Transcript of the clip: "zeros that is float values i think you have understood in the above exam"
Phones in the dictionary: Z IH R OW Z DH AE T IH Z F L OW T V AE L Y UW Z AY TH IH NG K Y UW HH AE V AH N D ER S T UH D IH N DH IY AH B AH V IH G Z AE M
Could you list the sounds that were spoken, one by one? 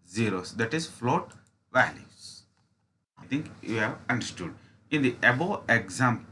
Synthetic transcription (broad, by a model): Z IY R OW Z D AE T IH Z F L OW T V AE L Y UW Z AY T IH NG K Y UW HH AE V AH N D ER S T UH D IH N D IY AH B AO IH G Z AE M